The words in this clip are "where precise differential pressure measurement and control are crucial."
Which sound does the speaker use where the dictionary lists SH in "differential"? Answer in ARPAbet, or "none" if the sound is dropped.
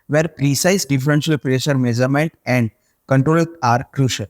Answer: S